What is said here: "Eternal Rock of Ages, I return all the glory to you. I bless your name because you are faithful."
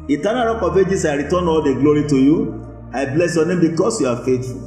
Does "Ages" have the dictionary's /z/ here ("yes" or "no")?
no